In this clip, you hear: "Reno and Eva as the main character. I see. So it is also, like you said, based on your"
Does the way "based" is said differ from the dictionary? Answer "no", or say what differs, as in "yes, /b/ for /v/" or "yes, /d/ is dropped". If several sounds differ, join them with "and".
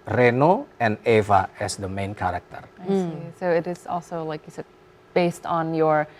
no